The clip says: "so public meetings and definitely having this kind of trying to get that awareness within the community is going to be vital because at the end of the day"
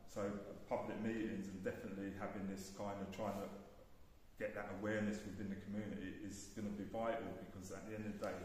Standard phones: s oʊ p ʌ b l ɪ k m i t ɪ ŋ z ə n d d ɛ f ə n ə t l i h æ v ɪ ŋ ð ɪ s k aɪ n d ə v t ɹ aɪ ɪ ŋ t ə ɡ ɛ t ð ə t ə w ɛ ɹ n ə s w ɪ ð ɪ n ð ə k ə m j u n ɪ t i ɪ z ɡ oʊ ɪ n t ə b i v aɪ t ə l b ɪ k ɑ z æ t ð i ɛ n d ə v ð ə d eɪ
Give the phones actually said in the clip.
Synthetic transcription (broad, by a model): s oʊ p ʌ b l ɪ k m i t ɪ ŋ z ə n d d ɛ f ə n ə t l i h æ v ɪ ŋ ð ɪ s k aɪ n d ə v t ɹ aɪ ɪ ŋ t ə ɡ ɛ t ð ə t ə w ɛ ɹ n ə s w ɪ ð ɪ n ð ə k ə m j u n ɪ t i ɪ z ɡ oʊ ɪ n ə b i v aɪ t ə l b ɪ k ɑ z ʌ t ð i ɛ n d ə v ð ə d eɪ